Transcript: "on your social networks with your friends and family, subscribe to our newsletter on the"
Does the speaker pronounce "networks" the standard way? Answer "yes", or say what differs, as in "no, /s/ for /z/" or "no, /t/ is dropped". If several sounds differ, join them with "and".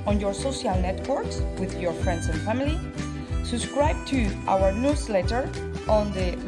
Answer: yes